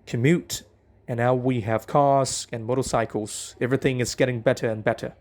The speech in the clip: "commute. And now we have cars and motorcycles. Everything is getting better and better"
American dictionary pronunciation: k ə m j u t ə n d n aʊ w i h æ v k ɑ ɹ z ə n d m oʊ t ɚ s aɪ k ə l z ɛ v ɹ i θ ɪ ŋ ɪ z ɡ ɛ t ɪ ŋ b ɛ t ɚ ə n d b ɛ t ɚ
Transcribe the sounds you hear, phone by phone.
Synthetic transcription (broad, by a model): k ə m j u t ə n n aʊ w i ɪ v k ɑ ɹ z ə n m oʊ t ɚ s aɪ k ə l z ɛ v ɹ i θ ɪ ŋ ɪ z ɡ ɛ t ɪ ŋ b ɛ t ɚ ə n b ɛ t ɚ